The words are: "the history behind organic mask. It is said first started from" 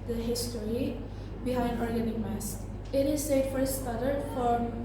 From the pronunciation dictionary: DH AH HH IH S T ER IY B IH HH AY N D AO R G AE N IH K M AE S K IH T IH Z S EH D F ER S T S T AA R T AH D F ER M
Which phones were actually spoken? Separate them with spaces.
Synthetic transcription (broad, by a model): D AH HH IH S T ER IY B IH HH AY N D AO R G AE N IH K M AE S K IH T IH Z S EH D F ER T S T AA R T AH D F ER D